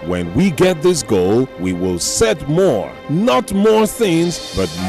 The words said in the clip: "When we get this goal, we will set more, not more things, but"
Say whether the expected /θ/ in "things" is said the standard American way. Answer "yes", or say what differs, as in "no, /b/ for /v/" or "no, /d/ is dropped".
yes